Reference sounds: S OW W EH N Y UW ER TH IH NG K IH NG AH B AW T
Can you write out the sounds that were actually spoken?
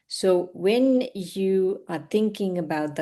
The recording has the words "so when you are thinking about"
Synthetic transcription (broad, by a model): S OW W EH N Y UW ER TH IH NG K IH NG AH B AW T